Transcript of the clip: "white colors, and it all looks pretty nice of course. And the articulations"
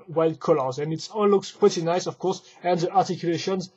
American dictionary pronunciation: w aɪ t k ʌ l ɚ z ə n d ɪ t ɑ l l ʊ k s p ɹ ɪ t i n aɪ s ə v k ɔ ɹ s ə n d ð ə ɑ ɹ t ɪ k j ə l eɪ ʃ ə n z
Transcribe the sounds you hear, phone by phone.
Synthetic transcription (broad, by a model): w aɪ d k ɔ l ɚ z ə n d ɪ t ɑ n l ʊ k s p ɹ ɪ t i n aɪ s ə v k ɔ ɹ s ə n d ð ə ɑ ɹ t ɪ k j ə l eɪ ʃ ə n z